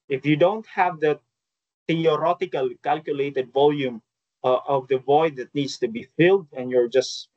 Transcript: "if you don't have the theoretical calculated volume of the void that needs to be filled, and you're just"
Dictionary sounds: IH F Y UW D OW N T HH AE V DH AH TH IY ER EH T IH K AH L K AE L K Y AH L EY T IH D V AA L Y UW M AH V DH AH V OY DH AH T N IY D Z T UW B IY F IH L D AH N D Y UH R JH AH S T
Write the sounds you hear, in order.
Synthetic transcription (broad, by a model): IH F Y UW D OW N T HH AE V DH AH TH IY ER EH T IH K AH L K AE L K Y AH L EY T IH D V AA L Y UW M AH V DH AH V OY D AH T N IY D S T UW B IY F IH L D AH N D Y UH R JH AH S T